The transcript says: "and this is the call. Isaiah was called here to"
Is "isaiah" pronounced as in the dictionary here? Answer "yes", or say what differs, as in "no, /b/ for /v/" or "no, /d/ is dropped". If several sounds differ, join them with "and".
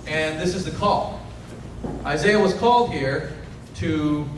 yes